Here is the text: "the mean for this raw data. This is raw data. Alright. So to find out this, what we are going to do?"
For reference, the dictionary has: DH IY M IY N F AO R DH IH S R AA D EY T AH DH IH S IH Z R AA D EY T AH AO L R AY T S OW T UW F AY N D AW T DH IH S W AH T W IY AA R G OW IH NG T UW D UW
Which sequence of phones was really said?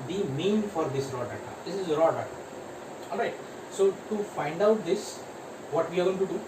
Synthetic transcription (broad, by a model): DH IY M IY N F AO R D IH S R AA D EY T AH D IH S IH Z R AA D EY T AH AO L R AY T S OW T UW F AY N D AW T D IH S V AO T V IY AA R G OW IH NG T UW D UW